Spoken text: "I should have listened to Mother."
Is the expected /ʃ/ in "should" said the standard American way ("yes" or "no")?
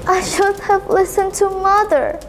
yes